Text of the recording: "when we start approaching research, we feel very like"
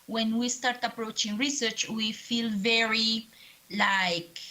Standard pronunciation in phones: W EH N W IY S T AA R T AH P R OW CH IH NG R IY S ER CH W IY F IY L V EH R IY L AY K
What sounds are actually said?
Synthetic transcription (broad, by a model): W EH N W IY S T AA R T AH P R OW CH IH NG R IY S ER CH W IY F IY L V EH R IY L AY K